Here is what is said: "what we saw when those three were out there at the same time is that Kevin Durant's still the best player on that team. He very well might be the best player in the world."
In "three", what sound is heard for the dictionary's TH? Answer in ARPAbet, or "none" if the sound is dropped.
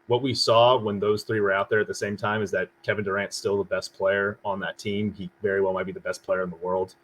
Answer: TH